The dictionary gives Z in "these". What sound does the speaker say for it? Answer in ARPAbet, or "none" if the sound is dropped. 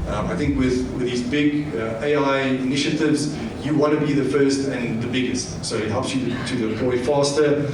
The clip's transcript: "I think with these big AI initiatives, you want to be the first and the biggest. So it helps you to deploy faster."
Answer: Z